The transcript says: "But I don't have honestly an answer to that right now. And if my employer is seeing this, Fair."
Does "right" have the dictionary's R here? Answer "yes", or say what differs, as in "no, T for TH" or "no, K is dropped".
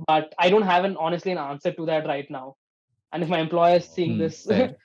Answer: yes